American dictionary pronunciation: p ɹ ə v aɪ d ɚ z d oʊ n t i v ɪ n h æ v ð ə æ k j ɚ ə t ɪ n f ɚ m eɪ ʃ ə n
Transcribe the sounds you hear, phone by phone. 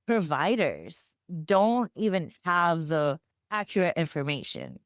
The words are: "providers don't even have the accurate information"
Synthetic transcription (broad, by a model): p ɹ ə v aɪ d ɚ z d oʊ n t i v ɪ n h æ v ð ə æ k j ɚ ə t ɪ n f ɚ m eɪ ʃ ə n